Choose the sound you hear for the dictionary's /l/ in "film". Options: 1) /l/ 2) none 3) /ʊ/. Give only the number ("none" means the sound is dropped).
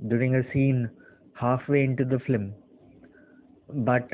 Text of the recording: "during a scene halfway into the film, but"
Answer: 2